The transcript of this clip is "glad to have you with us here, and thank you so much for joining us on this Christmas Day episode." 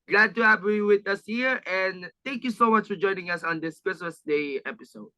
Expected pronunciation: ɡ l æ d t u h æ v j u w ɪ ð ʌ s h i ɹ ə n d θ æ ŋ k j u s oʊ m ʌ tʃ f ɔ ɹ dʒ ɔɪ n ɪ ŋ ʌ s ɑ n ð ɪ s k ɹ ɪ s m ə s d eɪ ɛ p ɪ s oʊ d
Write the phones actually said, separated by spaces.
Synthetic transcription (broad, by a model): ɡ l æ d t u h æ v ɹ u w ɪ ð ʌ s h i ɹ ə n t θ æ ŋ k j u s oʊ m ʌ tʃ f ɔ ɹ dʒ ɔɪ n ɪ ŋ ʌ s ɑ n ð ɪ s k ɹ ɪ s ə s d eɪ ɛ p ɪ s oʊ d